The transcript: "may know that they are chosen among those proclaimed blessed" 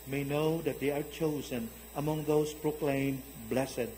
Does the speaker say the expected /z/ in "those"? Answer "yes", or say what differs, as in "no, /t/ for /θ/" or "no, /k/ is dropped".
no, /s/ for /z/